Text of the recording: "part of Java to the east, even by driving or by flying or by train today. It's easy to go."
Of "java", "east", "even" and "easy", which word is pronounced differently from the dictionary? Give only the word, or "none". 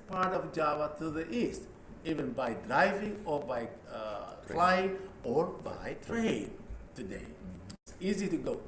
none